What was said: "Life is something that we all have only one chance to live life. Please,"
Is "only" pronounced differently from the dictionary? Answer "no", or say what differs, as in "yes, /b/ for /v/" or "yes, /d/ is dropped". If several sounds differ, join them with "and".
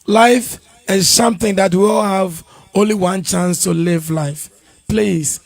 no